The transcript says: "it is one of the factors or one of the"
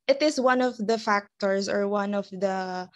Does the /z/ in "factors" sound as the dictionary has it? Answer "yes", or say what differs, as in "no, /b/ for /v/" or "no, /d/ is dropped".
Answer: no, /s/ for /z/